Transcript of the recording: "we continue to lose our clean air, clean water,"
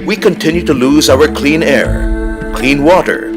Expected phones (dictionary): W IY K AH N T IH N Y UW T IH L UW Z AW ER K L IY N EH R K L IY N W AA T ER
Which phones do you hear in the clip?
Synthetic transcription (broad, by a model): W IY K AH N T IH N Y UW T IH L UW Z AW ER K L IY N EH R K L IY N W AA T ER